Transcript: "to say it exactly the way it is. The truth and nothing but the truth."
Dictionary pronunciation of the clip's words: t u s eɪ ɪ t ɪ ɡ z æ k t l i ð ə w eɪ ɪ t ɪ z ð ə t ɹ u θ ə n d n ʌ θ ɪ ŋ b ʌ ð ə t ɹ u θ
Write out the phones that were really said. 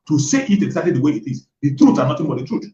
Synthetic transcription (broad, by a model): t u s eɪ ɪ t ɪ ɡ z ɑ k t l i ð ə w eɪ ɪ t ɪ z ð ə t ɹ u t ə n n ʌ t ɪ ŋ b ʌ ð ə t ɹ u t